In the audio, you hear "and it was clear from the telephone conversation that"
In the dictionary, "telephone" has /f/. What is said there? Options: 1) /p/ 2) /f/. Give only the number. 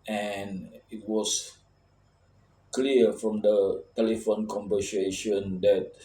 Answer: 2